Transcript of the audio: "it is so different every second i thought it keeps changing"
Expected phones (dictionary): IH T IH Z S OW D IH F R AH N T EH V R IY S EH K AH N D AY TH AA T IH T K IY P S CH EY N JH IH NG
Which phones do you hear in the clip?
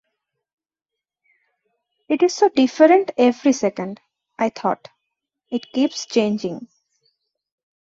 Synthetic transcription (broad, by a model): IH T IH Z S OW D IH F R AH N T EH V R IY S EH K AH N D AY T AA T IH T K IY P S CH EY N JH IH NG